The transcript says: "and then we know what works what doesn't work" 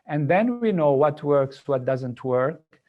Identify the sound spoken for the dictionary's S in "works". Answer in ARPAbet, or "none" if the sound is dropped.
S